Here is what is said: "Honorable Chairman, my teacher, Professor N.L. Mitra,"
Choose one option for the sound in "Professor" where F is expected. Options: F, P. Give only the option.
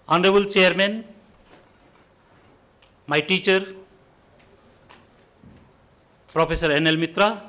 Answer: P